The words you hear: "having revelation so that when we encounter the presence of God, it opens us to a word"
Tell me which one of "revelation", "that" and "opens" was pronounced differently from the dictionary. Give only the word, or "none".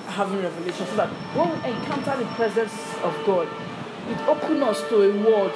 opens